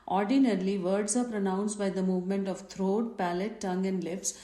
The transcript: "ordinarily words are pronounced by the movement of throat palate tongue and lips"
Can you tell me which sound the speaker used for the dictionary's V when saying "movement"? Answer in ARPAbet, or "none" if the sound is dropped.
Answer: V